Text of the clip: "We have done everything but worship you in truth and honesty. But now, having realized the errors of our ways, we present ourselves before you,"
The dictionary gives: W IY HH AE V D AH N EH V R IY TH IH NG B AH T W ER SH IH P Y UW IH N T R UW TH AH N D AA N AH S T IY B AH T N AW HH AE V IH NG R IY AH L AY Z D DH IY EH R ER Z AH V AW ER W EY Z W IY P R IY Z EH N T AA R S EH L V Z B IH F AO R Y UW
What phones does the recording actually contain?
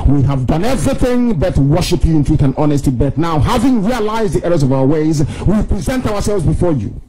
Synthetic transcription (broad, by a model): W IY HH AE V D AH N EH V R IY TH IH NG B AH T W ER SH IH P Y UW IH N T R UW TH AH N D AA N AH S T IY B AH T N AW HH AE V IH NG R IY AH L AY Z D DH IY EH R ER Z AH V AW ER W EY Z W IY P R IY Z EH N T AA R S EH L V Z B IH F AO R Y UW